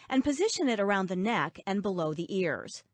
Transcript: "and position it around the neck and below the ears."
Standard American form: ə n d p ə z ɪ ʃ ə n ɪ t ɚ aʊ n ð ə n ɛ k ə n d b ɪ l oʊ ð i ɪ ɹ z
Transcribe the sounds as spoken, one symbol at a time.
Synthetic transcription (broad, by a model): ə n p ə z ɪ ʃ ə n ɪ t ɚ aʊ n ð ə n ɛ k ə n b ɪ l oʊ ð i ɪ ɹ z